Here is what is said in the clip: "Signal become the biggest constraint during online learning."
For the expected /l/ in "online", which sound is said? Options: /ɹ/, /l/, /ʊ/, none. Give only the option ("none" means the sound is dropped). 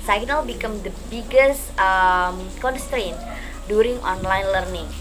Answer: /l/